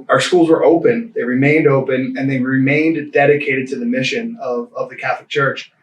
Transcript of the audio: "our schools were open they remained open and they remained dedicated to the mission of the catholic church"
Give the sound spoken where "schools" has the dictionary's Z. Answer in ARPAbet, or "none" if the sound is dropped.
Z